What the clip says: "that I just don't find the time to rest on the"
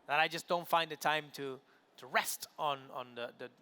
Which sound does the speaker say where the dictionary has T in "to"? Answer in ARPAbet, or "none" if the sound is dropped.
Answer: T